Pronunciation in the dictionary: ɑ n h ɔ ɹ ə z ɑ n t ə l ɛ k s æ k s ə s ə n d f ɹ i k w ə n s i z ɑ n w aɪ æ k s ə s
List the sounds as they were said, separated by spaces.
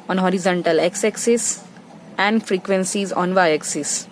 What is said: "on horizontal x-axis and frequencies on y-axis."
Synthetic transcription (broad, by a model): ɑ n h ɔ ɹ ə z ɑ n t ə l ɛ k s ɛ k s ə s ə n d f ɹ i k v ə n s i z ɑ n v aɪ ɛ k s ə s